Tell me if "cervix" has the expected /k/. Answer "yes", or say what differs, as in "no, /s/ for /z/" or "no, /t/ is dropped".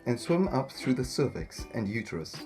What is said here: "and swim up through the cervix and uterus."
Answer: yes